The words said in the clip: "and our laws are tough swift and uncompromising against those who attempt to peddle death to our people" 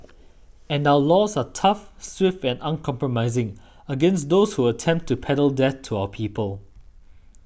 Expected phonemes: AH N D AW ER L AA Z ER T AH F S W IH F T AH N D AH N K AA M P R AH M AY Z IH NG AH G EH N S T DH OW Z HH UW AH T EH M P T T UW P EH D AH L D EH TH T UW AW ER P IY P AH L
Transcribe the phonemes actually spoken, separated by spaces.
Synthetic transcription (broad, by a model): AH N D AW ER L AA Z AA T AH F S W IH F T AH N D AH N K AA M P R AH M AY Z IH NG AH G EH N S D OW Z HH UW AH T EH M P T T UW P EH D AH L D EH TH T UW AW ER P IY P AH L